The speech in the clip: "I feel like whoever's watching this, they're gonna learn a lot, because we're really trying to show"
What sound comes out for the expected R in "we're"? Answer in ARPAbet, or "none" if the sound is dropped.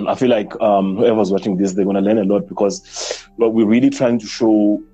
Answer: W